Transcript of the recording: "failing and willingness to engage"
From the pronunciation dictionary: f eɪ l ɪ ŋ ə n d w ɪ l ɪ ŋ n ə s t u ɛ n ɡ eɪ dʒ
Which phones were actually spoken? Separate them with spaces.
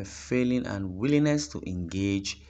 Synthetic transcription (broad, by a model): f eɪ l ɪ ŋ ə n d w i l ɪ n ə s t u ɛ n ɡ eɪ dʒ